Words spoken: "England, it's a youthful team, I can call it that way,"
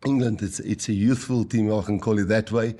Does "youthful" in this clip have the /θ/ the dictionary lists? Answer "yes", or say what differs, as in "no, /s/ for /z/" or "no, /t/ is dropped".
yes